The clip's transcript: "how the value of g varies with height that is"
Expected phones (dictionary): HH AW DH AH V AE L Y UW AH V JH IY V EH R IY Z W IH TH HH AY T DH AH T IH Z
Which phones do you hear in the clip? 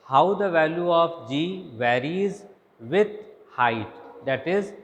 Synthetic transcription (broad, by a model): HH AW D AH V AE L Y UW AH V JH IY V EH R IY Z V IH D HH AY T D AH T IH Z